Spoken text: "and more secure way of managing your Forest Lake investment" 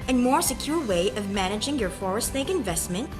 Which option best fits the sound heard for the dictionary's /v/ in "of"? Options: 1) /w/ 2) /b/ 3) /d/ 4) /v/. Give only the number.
4